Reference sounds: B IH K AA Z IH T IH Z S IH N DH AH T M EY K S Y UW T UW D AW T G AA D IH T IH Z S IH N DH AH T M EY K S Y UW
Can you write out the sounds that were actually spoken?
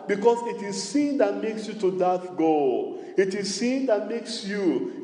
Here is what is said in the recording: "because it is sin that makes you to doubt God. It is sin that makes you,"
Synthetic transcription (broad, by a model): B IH K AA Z IH T IH Z S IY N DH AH T M EY K S Y UW T UW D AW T G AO IH T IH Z S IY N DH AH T M EY K S Y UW